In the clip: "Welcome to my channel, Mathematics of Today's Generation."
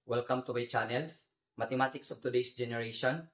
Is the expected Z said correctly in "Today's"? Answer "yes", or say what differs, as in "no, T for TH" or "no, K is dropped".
no, S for Z